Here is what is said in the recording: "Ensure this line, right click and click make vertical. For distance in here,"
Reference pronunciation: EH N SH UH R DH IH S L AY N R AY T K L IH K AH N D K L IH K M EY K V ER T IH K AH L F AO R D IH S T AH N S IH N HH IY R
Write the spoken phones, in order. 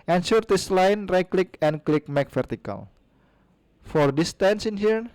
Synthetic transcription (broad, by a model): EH N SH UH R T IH S L AY N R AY K L IH K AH N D K L IH K M EY K F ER T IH K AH L F AO R D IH S T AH N S IH N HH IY R